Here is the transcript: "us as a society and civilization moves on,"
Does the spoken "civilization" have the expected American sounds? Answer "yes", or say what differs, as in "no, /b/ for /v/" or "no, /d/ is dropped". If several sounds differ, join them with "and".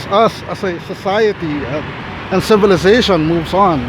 yes